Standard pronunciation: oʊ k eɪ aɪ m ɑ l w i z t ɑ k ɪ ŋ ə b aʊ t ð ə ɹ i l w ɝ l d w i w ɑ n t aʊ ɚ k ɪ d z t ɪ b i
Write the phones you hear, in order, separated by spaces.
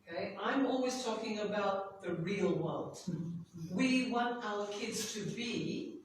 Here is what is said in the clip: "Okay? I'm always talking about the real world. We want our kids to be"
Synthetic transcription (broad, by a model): k eɪ aɪ m ɑ l w i z t ɑ k ɪ ŋ ə b aʊ t ð ə ɹ i l w ɝ l d w i w ɑ n t aʊ ɚ k ɪ d z t ɪ b i